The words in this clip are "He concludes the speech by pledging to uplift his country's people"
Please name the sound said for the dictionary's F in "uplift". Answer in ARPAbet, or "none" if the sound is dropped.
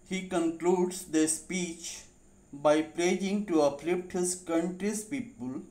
P